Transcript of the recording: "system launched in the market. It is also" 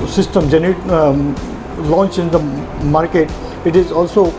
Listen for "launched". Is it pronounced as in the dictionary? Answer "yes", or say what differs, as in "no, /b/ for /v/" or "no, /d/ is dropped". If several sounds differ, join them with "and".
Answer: no, /t/ is dropped